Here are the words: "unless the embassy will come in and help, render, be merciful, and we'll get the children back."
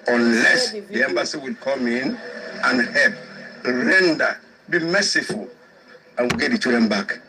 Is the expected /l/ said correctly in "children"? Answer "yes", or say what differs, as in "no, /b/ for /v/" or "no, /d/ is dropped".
no, /l/ is dropped